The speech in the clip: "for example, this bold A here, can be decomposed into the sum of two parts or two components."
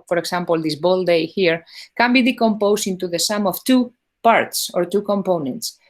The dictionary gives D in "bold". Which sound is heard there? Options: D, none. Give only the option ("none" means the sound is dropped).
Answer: D